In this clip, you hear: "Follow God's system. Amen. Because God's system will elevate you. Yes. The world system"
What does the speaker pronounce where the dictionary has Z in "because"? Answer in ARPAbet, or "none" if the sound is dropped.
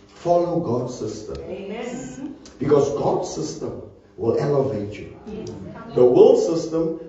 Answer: S